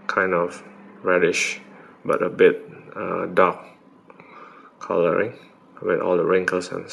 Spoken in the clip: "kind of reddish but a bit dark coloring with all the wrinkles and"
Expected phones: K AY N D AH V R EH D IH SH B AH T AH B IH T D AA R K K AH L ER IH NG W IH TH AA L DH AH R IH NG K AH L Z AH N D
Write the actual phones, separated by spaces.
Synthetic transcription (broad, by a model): K AY N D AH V R EH D IH SH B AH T AH B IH T D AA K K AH L ER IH NG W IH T AA L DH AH R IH NG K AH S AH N